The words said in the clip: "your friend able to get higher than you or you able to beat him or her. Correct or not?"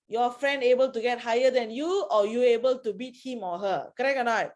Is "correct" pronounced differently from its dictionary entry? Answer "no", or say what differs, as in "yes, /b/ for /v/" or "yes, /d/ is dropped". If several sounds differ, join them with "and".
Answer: yes, /t/ is dropped